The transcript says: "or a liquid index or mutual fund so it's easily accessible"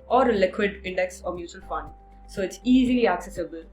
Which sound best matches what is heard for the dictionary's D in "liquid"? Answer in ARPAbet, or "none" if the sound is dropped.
D